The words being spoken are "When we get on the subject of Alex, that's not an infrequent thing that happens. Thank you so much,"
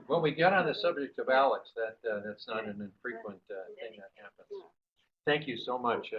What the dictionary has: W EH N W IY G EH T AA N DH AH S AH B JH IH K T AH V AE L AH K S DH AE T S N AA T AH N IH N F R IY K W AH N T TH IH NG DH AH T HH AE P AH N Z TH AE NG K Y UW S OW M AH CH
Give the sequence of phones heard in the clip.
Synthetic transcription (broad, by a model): W EH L W IY G EH T N DH AH S AH B JH IH K T AH V AE L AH K S DH AE T S N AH T AH N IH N F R IY K W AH N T TH IH NG DH AH T HH AE P AH N Z TH AE NG K Y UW S OW M AH CH